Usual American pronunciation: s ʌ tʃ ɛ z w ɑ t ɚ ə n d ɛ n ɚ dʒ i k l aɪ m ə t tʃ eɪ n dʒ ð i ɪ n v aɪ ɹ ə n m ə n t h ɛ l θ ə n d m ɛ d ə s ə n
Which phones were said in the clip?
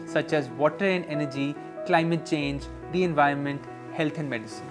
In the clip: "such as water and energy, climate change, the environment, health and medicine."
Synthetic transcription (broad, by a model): s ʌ tʃ ɛ z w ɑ t ɚ ə n d ɛ n ɚ dʒ i k l aɪ m ə t tʃ eɪ n dʒ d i ɪ n v aɪ ɹ ə n m ə n t h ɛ l t ə n d m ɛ d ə s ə n